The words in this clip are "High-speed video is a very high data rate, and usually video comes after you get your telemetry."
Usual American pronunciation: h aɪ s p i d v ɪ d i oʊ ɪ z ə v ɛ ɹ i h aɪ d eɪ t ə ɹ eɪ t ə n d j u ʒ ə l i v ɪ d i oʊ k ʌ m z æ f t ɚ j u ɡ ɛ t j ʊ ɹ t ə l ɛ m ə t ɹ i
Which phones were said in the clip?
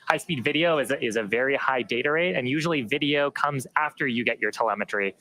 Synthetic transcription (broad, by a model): h aɪ s p i d v ɪ d i oʊ ɪ z ə v ɛ ɹ i h aɪ d eɪ t ə ɹ eɪ t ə n j u ʒ l i v ɪ d i oʊ k ʌ m z æ f t ɚ j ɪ ɡ ɛ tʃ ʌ ɹ t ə l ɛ m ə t ɹ i